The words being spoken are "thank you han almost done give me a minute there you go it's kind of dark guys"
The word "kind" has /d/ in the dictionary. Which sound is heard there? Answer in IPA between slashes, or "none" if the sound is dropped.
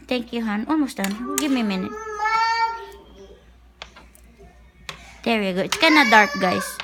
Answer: none